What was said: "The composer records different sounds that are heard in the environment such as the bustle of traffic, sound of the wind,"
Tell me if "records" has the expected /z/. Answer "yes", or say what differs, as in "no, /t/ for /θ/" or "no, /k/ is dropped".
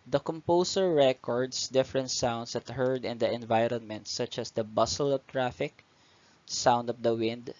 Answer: no, /s/ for /z/